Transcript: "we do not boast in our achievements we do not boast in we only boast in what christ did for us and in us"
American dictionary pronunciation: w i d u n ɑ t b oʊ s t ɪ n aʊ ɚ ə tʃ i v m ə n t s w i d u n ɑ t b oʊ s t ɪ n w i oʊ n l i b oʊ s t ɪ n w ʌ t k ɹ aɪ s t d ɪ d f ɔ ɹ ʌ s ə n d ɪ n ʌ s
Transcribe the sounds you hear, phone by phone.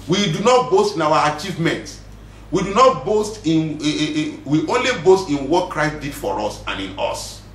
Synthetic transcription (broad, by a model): w i d u n ɑ t b oʊ s t ɪ n aʊ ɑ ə tʃ i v m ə n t w i d u n ɑ t b oʊ s t ɪ n w i oʊ n l i b oʊ s t ɪ n w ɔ t k ɹ aɪ s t d ɪ d f ɔ ɹ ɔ s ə n ɪ n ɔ s